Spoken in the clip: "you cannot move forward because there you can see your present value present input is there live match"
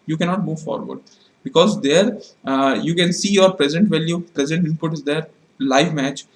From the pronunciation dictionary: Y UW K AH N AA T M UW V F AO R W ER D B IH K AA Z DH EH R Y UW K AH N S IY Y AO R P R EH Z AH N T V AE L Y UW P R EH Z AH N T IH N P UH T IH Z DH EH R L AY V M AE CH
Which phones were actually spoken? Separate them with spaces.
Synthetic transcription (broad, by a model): Y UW K AH N AA T M UW V F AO R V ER D B IH K AA Z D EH R Y UW K AH N S IY Y AO R P R EH Z AH N T V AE L Y UW P R EH Z AH N T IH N P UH T IH Z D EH R L AY V M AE CH